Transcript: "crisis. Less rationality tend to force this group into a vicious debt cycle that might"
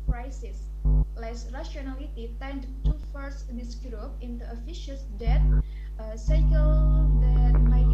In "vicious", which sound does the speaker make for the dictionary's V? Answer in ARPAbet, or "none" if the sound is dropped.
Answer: F